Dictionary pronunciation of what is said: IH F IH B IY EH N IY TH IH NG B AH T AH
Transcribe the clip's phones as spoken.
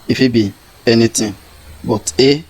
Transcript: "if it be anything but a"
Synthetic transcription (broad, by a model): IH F IH B IY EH N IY T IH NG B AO T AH